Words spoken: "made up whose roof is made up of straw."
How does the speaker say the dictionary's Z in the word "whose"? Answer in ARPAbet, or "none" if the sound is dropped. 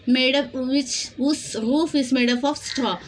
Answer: S